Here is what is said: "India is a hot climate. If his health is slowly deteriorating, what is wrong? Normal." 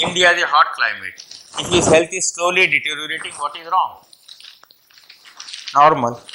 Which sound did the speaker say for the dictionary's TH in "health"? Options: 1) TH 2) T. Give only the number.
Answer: 2